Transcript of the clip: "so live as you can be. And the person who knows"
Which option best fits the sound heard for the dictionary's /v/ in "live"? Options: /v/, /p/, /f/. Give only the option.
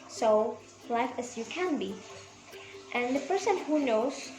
/f/